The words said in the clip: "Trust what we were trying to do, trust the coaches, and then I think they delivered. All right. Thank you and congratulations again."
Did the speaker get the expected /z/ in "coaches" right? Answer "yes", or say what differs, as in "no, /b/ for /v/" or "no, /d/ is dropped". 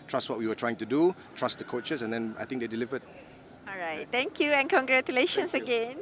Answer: no, /s/ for /z/